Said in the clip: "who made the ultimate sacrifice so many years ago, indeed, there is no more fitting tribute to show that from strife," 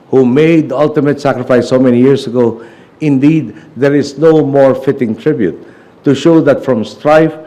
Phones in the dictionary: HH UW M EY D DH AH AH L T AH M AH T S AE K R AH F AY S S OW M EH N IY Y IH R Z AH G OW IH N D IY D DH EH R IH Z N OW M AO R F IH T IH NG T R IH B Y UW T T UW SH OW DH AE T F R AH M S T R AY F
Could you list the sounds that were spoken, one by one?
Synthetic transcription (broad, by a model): HH UW M EY D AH AH L T AH M AH T S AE K R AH F AY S S OW M EH N IY Y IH R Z AH G OW IH N D IY D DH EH R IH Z N OW M AO R F IH T IH NG T R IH B Y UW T T UW SH OW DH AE T F R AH M S T R AY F